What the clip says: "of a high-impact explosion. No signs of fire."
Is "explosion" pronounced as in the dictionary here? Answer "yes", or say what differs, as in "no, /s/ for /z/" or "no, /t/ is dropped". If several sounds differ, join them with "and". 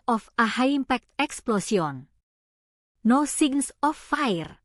no, /s/ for /ʒ/